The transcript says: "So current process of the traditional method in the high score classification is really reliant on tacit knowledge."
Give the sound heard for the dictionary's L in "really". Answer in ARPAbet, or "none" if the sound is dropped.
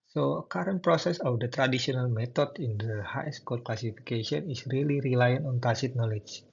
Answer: L